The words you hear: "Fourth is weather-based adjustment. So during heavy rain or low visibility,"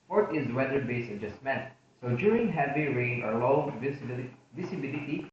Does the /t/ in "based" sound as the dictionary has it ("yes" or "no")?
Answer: no